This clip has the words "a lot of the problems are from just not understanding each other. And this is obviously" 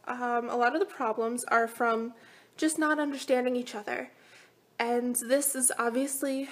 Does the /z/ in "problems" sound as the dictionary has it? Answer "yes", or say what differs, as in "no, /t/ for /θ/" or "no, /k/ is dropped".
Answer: yes